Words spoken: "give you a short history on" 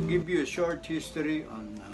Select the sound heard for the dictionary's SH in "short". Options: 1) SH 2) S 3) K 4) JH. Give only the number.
1